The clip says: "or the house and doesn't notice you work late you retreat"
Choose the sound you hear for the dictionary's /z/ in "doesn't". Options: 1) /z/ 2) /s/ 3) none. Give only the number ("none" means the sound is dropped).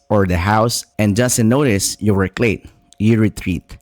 2